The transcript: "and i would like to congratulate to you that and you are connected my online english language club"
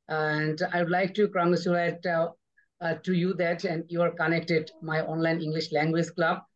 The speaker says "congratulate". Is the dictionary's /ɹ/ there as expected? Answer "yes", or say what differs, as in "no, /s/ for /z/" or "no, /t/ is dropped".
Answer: no, /ɹ/ is dropped